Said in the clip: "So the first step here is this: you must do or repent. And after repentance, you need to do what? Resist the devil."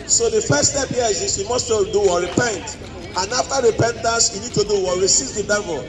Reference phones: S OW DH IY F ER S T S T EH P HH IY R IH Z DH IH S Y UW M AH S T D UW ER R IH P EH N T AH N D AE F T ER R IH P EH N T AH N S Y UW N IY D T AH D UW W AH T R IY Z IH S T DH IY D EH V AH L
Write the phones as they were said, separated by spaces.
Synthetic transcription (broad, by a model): S OW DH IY F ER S S T EH P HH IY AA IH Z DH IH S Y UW M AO S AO D UW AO R IH P EH N T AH N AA F T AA R IH P EH N T AH N S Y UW N IY D T AH D UW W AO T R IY S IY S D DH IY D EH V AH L